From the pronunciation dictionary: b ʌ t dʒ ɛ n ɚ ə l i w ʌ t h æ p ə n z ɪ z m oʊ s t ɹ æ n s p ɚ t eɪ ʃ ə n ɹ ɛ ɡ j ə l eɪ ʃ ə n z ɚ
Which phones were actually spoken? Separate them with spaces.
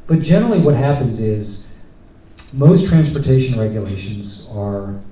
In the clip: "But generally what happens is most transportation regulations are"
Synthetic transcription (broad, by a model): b ʌ t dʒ ɛ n ɚ l i w ʌ t h æ p ə n z ɪ z m oʊ s t ɹ æ n s p ɚ t eɪ ʃ ə n ɹ ɛ ɡ j ə l eɪ ʃ ə n z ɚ